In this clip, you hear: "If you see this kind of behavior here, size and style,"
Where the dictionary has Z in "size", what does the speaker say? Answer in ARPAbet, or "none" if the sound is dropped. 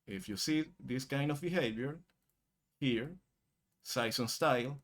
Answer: S